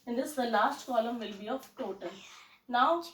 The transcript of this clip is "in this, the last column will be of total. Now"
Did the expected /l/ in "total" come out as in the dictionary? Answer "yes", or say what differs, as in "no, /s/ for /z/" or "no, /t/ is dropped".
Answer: no, /n/ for /l/